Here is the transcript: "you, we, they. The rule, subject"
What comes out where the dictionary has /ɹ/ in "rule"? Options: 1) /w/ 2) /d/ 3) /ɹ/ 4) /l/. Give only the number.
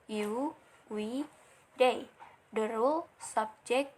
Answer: 3